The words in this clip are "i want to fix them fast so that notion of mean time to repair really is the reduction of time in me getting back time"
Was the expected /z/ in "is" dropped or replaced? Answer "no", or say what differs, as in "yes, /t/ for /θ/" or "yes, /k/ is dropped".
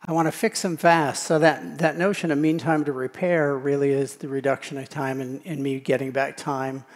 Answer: no